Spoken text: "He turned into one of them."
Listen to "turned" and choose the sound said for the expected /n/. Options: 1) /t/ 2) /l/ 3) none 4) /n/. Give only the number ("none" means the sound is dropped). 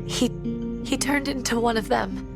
4